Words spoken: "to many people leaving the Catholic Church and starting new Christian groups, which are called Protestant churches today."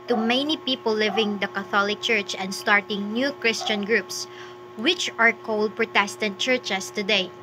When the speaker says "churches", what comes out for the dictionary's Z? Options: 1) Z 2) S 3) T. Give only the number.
2